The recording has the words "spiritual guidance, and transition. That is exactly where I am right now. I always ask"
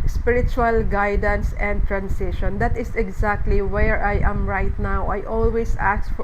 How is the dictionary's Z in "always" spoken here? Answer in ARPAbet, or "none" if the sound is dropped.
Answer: S